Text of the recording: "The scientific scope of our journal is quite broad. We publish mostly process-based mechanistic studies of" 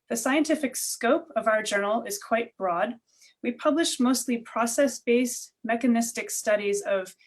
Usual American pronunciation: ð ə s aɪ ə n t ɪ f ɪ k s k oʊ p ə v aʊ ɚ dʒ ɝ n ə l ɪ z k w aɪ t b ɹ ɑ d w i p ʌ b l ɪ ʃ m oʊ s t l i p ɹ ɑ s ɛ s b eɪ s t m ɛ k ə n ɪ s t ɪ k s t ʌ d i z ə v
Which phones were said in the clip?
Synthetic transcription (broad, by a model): ð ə s aɪ ə n t ɪ f ɪ k s k oʊ p ə v aʊ ɚ dʒ ɝ n l ɪ z k w aɪ t b ɹ ɑ d w i p ʌ b l ɪ ʃ m oʊ s t l i p ɹ ɑ s ɛ s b eɪ s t m ɛ k ə n ɪ s t ɪ k s t ʌ d i z ə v